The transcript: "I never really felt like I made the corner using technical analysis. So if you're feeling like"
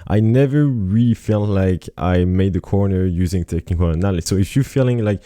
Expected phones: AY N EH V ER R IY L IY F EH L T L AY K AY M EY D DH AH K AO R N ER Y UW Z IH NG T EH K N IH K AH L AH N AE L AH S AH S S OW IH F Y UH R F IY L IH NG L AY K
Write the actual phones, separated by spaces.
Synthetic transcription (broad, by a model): AY N EH V ER R IY L IY F EH L T L AY K AY M EY D DH AH K AO R N ER Y UW Z IH NG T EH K IH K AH N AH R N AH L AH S S OW IH F Y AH R F IY L IH NG L AY K